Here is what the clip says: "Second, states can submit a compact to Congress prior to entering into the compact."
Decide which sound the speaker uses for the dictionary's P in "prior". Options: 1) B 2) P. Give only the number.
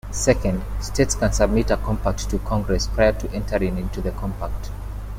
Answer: 2